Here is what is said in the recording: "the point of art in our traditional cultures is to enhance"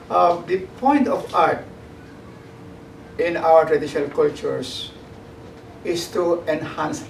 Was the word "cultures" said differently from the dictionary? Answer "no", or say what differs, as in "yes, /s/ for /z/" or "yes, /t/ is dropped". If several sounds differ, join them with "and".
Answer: yes, /s/ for /z/